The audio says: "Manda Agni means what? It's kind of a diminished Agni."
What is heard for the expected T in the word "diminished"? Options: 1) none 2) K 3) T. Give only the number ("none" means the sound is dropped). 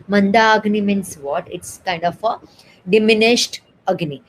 3